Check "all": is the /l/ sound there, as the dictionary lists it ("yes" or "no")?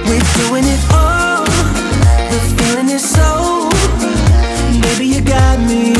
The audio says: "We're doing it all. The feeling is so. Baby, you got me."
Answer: no